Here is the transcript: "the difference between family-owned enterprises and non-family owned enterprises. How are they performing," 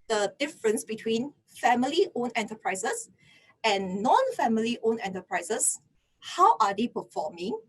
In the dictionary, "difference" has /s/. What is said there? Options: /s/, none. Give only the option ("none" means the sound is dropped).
/s/